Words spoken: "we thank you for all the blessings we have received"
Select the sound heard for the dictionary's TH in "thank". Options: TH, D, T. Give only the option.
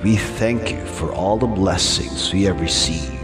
TH